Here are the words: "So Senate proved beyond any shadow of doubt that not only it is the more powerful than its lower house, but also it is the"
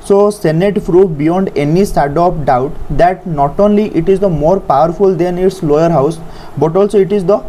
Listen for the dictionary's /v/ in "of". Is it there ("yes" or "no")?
no